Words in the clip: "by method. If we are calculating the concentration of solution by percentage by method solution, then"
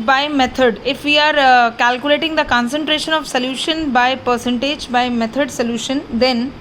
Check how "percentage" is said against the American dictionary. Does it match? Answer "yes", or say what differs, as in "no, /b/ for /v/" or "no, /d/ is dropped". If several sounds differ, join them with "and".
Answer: yes